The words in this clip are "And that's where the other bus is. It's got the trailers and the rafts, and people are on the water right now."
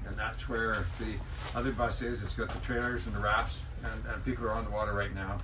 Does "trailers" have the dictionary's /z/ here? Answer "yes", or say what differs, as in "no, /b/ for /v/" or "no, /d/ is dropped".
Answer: yes